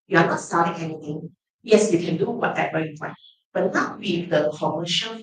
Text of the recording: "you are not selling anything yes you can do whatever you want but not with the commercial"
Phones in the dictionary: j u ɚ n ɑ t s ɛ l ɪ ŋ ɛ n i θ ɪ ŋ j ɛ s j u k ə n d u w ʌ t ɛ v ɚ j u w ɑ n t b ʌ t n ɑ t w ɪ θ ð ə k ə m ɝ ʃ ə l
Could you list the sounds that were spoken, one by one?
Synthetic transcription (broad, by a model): j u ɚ n ɑ t s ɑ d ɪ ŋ ɛ n i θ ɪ ŋ j ɛ s j u k ə n d u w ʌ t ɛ w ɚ j u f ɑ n b ʌ t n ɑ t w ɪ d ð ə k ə m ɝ ʃ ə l